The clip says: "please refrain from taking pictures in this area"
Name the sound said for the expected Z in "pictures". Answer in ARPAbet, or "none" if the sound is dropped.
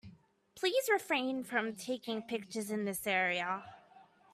Z